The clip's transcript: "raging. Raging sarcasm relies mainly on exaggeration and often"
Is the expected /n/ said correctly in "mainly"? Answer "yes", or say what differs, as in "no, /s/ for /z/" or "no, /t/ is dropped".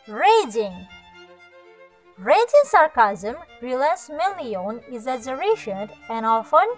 no, /n/ is dropped